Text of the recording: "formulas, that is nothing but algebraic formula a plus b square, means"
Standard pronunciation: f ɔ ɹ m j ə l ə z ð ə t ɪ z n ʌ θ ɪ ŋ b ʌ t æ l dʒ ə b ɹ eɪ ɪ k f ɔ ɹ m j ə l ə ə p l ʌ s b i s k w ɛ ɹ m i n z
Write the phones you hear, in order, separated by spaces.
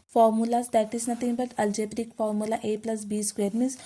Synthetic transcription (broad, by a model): f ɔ ɹ m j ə l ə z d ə t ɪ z n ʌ t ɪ ŋ b ʌ t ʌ l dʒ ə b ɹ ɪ k f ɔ ɹ m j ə l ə ə p l ʌ s b i s k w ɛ ɹ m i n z